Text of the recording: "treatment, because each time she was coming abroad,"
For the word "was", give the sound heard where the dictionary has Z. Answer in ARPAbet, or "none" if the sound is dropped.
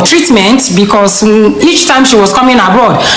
S